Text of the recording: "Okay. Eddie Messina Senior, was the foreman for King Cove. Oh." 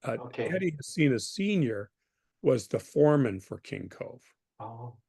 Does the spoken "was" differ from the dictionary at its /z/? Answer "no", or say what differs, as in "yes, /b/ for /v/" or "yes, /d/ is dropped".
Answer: no